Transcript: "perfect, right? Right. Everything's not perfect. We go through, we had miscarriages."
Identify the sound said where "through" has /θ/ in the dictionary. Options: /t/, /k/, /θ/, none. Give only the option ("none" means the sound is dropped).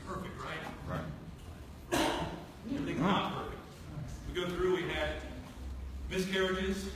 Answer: /θ/